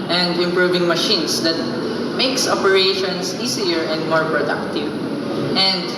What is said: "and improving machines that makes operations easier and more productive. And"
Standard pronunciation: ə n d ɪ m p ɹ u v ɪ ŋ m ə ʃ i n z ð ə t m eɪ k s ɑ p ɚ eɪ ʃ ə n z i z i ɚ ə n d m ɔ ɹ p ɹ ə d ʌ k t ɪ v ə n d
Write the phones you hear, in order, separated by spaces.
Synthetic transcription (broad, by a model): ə n d ɪ m p ɹ u v ɪ ŋ m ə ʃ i n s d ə t m eɪ k s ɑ p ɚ eɪ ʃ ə n s i s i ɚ ə n d m ɔ ɹ p ɹ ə d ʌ k t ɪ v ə n d